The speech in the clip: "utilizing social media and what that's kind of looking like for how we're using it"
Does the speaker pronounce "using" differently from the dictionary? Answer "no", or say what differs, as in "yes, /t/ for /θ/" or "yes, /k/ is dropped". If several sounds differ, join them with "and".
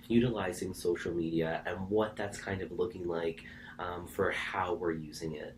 no